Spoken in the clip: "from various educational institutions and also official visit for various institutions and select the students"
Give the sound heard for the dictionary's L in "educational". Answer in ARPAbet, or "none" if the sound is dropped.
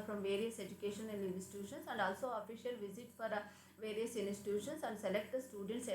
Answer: N